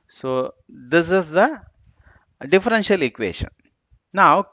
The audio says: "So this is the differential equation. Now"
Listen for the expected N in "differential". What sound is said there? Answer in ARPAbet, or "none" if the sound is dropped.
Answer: N